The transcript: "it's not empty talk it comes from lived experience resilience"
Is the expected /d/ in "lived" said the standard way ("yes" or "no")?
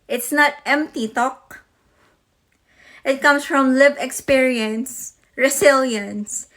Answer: no